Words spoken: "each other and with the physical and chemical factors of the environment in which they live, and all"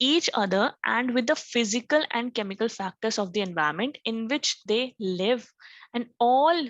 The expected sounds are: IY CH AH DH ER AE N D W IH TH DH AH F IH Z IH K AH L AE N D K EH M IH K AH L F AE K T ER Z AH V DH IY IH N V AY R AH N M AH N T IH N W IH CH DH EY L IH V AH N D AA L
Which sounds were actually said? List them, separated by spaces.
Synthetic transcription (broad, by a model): IY CH AH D ER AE N D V IH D AH F IH Z IH K AH L AE N D K EH M IH K AH L F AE K T ER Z AH V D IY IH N V AY AH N M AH N T IH N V IH CH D EY L IH V AH N D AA L